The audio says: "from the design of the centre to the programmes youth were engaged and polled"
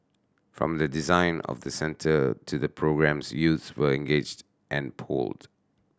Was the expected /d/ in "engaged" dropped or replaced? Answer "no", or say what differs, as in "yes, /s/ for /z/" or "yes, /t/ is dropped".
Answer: no